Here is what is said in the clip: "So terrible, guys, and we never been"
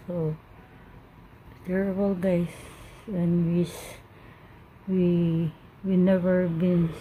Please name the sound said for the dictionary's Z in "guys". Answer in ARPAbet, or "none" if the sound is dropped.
S